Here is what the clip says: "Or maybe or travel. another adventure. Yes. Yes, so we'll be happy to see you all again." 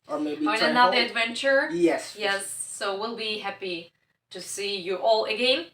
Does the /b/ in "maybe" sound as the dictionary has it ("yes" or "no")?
no